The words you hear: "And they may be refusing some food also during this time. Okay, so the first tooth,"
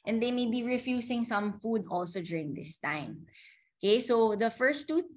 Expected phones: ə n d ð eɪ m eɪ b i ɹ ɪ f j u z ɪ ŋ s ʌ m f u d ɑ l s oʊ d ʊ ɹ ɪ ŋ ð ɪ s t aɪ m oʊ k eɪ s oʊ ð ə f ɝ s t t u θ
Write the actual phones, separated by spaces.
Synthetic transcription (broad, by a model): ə n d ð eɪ m eɪ b i ɹ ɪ f j u s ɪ ŋ s ʌ m f u d ɑ l s oʊ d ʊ ɹ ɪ ŋ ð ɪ s t aɪ m oʊ k eɪ s oʊ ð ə f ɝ s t t u